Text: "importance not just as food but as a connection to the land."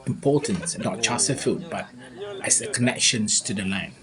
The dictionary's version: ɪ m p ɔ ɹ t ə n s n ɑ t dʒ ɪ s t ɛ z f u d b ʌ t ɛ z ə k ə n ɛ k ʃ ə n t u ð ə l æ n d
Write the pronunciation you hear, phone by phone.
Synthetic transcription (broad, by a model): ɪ m p ɔ t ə n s n ɑ t tʃ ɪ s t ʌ f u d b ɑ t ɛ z ə k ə n ɛ k ʃ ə n t u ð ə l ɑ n